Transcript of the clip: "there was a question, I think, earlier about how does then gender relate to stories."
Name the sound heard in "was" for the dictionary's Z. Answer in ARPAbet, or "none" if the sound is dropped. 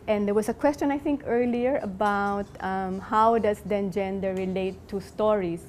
S